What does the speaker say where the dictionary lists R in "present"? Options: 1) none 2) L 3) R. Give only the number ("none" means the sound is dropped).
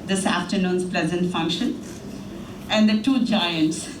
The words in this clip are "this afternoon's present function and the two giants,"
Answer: 2